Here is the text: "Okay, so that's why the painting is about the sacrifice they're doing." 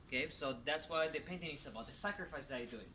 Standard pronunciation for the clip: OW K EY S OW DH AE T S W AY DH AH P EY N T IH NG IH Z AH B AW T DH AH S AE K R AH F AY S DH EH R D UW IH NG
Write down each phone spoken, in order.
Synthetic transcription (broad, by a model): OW K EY S OW DH AE T S W AY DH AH P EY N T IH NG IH S AH B AW T DH AH S AE K R AH F AY S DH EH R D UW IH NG